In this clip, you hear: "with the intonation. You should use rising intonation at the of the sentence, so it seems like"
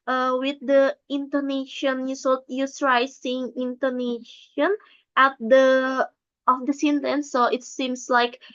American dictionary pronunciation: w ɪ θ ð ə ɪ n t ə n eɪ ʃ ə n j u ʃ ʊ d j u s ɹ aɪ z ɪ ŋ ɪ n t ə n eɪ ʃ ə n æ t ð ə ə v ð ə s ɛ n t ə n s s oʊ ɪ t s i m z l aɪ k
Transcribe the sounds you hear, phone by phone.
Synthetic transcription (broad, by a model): w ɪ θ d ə ɪ n t ə n eɪ ʃ ə n j u s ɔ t j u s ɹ aɪ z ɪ ŋ ɪ n t ə n eɪ ʃ ə n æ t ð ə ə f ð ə s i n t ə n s s oʊ ɪ t s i m s l aɪ k